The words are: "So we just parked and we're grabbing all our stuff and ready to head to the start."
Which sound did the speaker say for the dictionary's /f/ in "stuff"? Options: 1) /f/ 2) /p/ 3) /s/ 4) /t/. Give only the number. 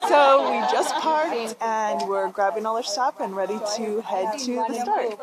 2